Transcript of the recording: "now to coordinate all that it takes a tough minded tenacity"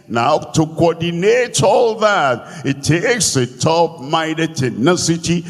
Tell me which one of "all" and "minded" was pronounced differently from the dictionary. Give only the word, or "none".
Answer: minded